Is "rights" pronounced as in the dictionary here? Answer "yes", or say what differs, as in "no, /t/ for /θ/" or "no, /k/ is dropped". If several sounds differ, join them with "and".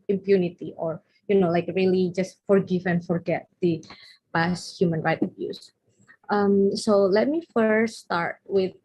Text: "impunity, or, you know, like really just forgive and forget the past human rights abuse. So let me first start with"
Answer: no, /s/ is dropped